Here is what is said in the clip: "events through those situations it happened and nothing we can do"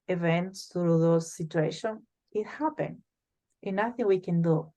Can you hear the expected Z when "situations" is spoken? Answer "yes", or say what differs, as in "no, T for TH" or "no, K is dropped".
no, Z is dropped